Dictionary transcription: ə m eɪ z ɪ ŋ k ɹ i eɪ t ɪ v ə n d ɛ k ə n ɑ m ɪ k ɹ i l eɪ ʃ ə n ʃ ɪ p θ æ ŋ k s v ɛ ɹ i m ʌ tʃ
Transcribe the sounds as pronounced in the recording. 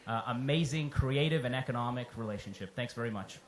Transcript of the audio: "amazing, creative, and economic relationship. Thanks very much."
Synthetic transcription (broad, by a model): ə m eɪ z ɪ ŋ k ɹ i eɪ t ɪ v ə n ɛ k ə n ɑ m ɪ k ɹ i l eɪ ʃ ə n ʃ ɪ p θ æ ŋ k s v ɛ ɹ i m ʌ tʃ